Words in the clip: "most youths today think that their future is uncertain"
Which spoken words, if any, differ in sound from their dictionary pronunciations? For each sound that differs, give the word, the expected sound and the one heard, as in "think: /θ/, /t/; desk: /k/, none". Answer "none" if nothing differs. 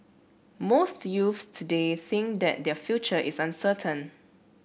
youths: /θ/, /f/; is: /z/, /s/